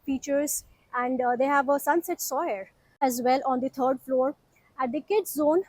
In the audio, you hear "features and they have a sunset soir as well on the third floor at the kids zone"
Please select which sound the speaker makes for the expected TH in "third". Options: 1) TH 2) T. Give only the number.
2